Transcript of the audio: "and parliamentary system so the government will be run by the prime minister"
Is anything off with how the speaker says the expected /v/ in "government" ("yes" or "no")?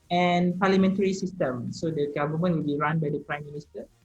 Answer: yes